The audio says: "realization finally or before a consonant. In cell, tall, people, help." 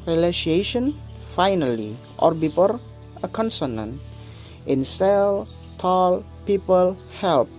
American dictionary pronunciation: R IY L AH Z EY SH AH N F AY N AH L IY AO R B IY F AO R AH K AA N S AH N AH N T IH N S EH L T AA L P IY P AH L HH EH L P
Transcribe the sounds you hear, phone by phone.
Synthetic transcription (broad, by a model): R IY L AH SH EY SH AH N F AY N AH L IY AO R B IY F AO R AH K AA N S AH N AH N T IH N S EH L T AA L P IY P AH L HH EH L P